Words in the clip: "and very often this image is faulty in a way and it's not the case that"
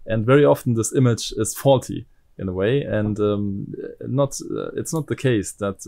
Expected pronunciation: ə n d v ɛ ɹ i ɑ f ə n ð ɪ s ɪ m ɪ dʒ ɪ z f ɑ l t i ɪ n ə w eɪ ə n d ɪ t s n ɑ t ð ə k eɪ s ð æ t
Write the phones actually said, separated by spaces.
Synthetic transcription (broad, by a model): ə n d v ɛ ɹ i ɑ f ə n ð ɪ s ɪ m ɪ dʒ ɪ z f ɑ l t i ɪ n ə w eɪ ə n d ɪ t s n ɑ t ð ə k eɪ s ð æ t